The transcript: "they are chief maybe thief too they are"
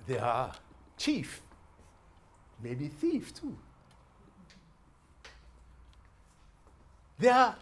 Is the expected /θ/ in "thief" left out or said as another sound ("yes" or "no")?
no